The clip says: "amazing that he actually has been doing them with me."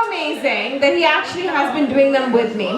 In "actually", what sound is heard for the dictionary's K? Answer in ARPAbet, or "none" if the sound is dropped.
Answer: K